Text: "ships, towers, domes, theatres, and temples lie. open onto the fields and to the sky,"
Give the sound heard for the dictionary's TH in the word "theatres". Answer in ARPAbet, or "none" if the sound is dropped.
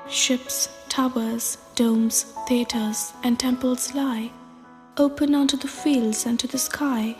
TH